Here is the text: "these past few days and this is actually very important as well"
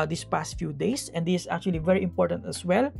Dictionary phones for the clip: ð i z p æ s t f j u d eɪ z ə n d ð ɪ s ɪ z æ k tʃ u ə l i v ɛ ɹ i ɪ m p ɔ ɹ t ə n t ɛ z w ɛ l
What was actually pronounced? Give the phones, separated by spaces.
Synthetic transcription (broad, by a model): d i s p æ s t f j u d eɪ s ə n d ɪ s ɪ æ k tʃ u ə l i v ɛ ɹ i ɪ m p ɔ ɹ t ə n t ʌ s w ɛ l